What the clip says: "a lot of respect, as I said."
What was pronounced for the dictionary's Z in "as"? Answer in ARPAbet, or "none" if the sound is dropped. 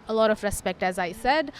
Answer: Z